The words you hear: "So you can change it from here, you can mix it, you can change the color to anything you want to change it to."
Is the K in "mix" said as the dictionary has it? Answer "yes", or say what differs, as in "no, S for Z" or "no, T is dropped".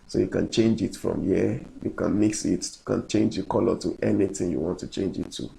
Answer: yes